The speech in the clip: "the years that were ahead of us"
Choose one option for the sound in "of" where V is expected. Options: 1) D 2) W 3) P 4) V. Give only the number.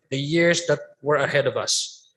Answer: 4